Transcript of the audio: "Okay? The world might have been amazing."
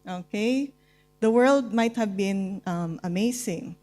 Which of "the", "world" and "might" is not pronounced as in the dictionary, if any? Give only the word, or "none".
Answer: none